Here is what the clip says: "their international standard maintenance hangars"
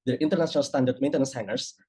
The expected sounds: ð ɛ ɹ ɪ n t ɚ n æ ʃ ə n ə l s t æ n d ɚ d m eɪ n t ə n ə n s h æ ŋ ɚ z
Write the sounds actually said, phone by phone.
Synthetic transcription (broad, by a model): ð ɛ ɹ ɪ n t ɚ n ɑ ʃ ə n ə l s t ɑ n d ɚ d m eɪ n t ə n ə n s h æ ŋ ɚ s